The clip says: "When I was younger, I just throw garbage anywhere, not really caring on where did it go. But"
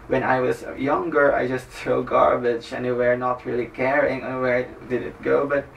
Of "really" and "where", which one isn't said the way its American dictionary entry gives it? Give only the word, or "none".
none